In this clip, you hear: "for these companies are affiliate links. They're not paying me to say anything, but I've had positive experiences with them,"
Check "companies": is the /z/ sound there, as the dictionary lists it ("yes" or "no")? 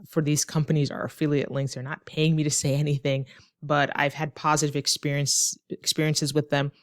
yes